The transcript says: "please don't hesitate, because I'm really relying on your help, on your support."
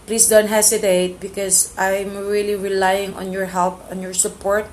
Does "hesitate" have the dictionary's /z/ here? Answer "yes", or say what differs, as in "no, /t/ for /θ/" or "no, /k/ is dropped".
no, /s/ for /z/